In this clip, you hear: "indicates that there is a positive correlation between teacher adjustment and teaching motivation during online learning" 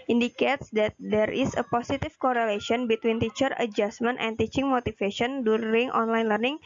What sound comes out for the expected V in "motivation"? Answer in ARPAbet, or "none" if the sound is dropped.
F